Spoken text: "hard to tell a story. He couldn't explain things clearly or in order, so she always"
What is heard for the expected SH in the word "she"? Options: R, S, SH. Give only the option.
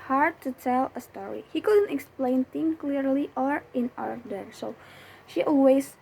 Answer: SH